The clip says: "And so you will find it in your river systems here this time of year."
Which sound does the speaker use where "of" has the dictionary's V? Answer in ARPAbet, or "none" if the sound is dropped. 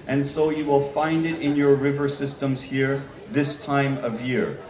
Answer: V